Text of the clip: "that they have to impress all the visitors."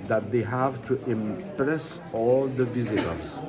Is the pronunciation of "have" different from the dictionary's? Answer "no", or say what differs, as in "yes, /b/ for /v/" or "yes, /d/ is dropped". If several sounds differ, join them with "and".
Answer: no